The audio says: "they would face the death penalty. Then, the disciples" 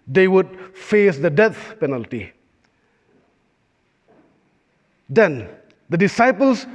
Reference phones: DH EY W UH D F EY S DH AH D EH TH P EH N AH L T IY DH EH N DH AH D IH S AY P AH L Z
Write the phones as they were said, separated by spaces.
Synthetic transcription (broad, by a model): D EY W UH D F EY S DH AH D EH T P EH N AH L T IY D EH N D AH D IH S AY P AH L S